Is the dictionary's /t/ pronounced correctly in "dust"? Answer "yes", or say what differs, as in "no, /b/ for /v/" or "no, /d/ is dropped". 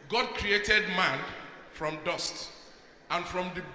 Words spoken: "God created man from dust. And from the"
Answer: yes